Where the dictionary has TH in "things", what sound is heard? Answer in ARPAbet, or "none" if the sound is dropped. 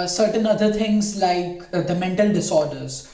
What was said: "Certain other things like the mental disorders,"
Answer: T